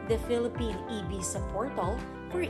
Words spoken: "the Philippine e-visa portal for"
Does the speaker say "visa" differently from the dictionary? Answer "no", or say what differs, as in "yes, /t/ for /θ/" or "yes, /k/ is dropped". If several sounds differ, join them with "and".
yes, /b/ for /v/ and /s/ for /z/